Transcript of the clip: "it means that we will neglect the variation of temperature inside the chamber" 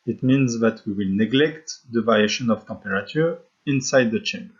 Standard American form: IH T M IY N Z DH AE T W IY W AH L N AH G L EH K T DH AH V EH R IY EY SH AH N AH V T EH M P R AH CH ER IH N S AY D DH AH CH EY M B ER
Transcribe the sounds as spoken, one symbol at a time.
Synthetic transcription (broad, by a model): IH T M IY N Z DH AE T W IY W AH L N AH G L EH K T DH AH V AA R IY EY SH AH N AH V T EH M P R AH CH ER IH N S AY D DH AH CH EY M B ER